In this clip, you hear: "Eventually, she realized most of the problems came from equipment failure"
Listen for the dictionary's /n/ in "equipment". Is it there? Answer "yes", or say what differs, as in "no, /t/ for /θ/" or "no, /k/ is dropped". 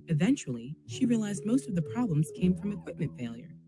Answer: yes